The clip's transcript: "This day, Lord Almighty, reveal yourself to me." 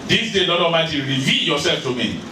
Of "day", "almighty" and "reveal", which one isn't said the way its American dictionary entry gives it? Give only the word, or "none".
almighty